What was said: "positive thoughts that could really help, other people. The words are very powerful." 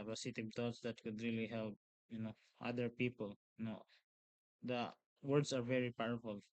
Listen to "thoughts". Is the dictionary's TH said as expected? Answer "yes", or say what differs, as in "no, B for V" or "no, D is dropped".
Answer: no, T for TH